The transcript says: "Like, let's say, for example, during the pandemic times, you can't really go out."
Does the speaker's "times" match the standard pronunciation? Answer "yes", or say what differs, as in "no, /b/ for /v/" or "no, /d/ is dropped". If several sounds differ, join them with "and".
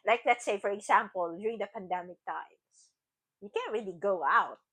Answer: no, /s/ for /z/